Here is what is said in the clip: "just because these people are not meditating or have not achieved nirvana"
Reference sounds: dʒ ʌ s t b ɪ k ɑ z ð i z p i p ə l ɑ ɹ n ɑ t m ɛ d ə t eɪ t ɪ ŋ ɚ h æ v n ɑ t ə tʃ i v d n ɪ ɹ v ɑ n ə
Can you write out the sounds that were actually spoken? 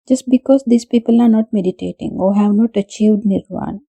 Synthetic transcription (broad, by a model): dʒ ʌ s t b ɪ k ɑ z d i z p i p ə l ɑ ɹ n ɑ t m ɛ d ə t eɪ t ɪ ŋ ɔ h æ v n ɑ t ə tʃ i v d n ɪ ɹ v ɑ n